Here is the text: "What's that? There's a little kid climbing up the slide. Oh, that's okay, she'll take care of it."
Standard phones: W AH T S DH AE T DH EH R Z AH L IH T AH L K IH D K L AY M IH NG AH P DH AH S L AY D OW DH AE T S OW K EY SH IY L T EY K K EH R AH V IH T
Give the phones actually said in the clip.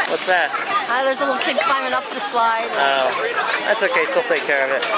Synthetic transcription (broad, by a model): W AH T S DH AE T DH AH R Z AH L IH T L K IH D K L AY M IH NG AH P DH AH S L AY D OW DH AE T S OW K EY S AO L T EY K K EH R AH V IH T